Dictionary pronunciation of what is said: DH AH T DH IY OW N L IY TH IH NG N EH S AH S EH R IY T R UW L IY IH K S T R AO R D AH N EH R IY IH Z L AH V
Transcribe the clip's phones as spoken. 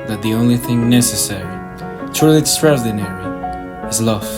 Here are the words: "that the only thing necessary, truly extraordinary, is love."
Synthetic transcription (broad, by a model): DH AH T DH IY OW N L IY TH IH NG N EH S AH S EH R IY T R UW L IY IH S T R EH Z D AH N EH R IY IH Z L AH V